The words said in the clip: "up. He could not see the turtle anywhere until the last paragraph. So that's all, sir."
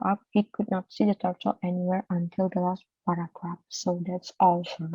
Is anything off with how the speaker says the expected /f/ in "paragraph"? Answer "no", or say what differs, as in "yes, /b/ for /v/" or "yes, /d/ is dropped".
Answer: yes, /p/ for /f/